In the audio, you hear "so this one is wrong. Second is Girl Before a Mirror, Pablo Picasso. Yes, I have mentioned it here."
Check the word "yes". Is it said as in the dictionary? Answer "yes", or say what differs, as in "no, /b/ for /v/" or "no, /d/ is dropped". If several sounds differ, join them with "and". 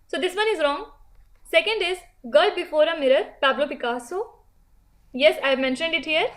yes